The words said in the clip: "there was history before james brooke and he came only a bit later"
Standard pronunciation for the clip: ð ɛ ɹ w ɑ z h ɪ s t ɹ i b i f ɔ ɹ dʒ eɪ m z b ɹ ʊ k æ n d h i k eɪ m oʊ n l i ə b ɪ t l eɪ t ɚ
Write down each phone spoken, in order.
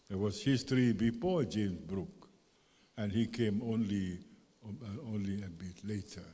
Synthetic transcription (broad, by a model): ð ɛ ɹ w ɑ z h ɪ s t ɹ i b i f ɔ ɹ dʒ eɪ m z b ɹ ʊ k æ n h i k eɪ m oʊ n l i ə b ɪ t l eɪ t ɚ